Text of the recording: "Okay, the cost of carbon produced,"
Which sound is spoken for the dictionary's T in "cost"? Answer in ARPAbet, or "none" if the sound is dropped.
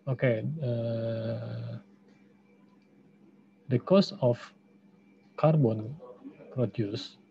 none